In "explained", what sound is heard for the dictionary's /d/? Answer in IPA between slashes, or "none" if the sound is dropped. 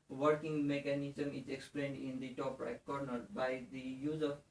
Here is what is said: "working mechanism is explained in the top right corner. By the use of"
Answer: /d/